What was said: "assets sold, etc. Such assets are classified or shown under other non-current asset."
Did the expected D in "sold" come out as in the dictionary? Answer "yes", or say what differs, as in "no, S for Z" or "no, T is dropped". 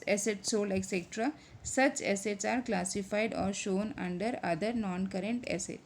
no, D is dropped